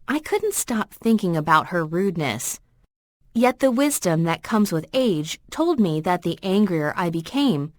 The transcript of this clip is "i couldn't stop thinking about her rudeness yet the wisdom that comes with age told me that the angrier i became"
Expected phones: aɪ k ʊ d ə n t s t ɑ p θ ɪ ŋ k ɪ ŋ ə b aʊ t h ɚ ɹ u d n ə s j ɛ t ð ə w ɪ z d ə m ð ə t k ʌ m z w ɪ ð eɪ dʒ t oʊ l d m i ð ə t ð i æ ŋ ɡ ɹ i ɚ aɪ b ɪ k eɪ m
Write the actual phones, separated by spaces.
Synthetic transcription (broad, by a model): aɪ k ʊ d n t s t ɑ p θ ɪ ŋ k ɪ ŋ ə b aʊ t h ɚ ɹ u d n ə s j ɛ t ð ə w ɪ z d ə m ð ə t k ʌ m z w ɪ ð eɪ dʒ t oʊ l d m i ð ə t ð i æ ŋ ɡ ɹ i ɚ aɪ b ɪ k eɪ m